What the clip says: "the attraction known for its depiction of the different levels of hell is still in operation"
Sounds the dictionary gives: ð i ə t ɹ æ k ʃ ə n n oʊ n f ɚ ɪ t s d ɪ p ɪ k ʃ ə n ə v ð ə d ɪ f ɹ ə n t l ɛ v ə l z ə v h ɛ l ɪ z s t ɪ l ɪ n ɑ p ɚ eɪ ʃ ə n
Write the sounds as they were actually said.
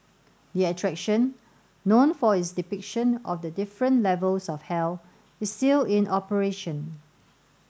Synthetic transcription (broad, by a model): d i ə t ɹ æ k ʃ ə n n oʊ n f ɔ ɪ t s d ɪ p ɪ k ʃ ə n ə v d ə d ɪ f ɹ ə n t l ɛ v ə l s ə f h ɛ l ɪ s t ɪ l ɪ n ɑ p ɚ eɪ ʃ ə n